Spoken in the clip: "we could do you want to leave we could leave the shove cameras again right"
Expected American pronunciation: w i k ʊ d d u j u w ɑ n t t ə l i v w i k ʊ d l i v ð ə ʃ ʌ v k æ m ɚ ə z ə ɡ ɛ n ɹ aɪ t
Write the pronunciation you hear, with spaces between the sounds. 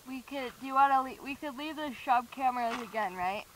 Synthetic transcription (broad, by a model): w i k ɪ d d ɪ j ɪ w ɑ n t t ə l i w i k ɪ d l i v ð ə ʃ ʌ b k æ m ɚ ə z ə ɡ ɛ n ɹ aɪ t